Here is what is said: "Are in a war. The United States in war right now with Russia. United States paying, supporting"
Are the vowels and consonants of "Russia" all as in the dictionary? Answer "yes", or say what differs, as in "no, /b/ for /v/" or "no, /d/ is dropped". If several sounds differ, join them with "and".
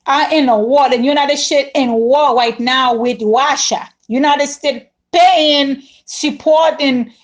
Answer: no, /w/ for /ɹ/